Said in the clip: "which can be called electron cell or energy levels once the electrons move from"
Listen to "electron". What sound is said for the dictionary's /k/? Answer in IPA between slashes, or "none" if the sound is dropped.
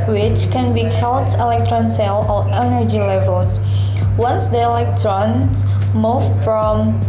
/k/